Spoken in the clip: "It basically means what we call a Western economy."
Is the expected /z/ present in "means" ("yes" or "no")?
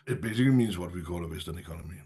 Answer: yes